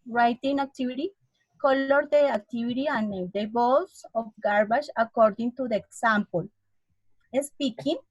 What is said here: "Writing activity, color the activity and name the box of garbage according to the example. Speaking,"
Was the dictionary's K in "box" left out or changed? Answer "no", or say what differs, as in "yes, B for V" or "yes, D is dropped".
yes, K is dropped